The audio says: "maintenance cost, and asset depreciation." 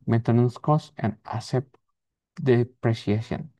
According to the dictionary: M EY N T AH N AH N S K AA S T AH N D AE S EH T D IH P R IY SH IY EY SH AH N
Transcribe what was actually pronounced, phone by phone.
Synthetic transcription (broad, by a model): M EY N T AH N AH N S K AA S AH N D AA S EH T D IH P R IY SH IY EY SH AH N